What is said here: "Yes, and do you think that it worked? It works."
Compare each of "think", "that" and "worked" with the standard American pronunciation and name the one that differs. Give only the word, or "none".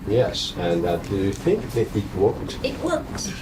worked